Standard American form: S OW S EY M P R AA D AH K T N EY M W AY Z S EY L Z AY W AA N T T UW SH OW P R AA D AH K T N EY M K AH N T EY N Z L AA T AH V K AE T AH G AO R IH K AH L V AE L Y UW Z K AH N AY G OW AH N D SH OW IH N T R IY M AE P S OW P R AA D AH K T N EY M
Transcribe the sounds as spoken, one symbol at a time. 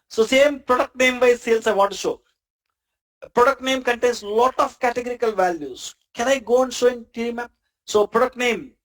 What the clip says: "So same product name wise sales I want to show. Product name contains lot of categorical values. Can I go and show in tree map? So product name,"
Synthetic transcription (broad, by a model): S OW S EY M P R AA D AH K T N EY M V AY S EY L S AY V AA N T T UW SH OW P R AA D AH K T N EY M K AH N T EY N S L AA T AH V K AE T AH G AO R IH K AH L V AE L Y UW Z K AH N AY G OW AH N D SH OW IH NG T IY M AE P S OW P R AA D AH K T N EY M